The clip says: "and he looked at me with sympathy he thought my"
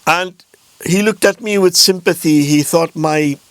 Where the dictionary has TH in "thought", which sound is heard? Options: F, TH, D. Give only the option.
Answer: TH